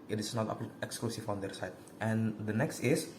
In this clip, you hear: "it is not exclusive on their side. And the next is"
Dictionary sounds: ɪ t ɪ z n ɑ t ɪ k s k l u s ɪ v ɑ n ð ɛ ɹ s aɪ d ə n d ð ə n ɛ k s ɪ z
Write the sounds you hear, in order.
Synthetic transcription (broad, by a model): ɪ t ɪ s n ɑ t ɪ k s k l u s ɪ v ɑ n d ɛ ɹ s aɪ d ə n d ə n ɛ k s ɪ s